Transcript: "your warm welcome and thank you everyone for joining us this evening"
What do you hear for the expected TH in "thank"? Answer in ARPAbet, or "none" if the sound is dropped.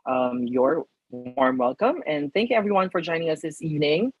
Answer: TH